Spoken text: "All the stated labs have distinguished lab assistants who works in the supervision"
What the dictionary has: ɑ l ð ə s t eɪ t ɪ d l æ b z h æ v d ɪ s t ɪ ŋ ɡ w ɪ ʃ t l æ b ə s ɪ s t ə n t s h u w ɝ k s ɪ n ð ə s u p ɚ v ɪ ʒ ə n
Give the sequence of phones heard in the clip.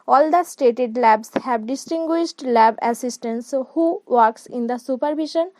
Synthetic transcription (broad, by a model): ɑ l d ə s t eɪ t ɪ d l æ b s h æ b d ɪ s t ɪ ŋ ɡ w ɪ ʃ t l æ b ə s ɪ s t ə n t s h u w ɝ k s ɪ n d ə s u p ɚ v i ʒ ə n